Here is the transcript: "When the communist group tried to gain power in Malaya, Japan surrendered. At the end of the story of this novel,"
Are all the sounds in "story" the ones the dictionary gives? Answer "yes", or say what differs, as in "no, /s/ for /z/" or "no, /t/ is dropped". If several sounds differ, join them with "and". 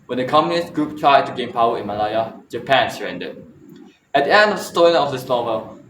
no, /l/ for /ɹ/